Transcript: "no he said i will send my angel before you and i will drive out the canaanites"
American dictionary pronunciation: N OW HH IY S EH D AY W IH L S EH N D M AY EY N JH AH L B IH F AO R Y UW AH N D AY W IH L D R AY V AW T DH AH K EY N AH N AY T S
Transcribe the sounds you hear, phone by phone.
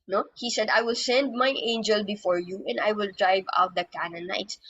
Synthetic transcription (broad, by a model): N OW HH IY S EH D AY W IH L S EH N D M AY EY N JH AH L B IH F AO R Y UW AH N D AY W IH L D R AY V AW T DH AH K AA N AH N AY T S